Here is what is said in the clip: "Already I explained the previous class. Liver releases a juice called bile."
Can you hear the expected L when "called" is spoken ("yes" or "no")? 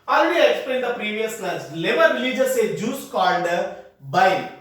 no